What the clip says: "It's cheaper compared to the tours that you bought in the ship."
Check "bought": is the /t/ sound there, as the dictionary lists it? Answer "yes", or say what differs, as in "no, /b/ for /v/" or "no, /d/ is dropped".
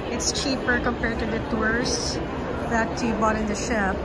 yes